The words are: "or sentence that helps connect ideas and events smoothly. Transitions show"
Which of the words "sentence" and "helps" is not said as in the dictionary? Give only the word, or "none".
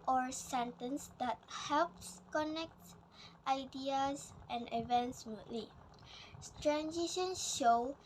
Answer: none